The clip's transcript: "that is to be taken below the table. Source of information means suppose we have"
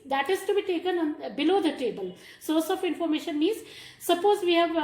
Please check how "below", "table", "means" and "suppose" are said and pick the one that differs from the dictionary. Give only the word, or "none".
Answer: means